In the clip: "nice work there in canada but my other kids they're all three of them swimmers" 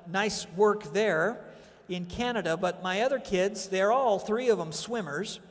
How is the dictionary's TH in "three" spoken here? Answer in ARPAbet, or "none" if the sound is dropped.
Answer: TH